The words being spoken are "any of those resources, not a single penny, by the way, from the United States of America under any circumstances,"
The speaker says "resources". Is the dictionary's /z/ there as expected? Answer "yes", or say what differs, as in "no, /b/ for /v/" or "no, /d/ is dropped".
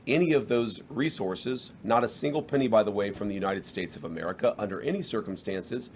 yes